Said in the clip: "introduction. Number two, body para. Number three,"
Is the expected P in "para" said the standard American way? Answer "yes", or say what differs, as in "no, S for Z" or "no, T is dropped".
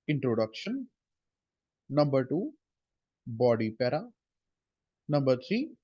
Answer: yes